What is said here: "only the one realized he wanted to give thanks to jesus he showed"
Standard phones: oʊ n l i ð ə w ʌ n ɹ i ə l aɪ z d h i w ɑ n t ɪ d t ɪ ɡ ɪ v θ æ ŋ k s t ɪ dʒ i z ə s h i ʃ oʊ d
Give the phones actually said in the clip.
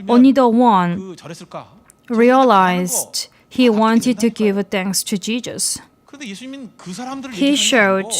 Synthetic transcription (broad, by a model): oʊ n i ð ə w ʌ n ɹ i ə l aɪ z d h i w ɑ n t ɪ d t ɪ ɡ ɪ v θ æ ŋ k s t ɪ dʒ i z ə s h i ʃ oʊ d